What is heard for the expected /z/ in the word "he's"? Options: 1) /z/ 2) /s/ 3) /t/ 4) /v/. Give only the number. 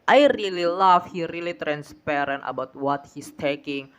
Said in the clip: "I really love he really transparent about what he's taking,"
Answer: 2